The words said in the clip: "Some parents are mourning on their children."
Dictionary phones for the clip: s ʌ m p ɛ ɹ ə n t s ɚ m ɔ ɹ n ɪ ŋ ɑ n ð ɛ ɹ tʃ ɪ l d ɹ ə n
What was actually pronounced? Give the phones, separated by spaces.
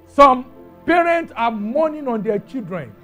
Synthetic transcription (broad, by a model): s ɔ m p ɛ ɹ ə n t s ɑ m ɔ n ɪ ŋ ɑ n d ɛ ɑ tʃ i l d ɹ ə n